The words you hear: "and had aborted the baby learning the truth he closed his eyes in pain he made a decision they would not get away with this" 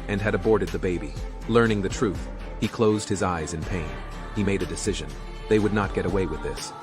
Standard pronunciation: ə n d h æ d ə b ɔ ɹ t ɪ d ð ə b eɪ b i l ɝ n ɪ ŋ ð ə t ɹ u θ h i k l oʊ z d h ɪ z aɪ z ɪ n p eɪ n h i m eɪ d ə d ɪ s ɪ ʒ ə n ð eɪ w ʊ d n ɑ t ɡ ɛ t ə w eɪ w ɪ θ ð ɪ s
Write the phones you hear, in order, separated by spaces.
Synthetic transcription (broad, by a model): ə n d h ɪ d ə b ɔ ɹ t ɪ d ð ə b eɪ b i l ɝ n ɪ ŋ ð ə t ɹ u θ h i k l oʊ z d h ɪ z aɪ z ɪ n p eɪ n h i m eɪ d ə d ɪ s ɪ ʒ ə n ð eɪ w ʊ d n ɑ t ɡ ɛ t ə w eɪ w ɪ ð ɪ s